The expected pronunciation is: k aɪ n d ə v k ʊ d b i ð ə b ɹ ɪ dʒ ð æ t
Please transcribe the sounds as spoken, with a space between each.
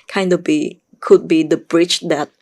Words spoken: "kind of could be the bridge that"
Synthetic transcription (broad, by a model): k aɪ n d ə b k ʊ d b i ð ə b ɹ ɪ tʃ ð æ t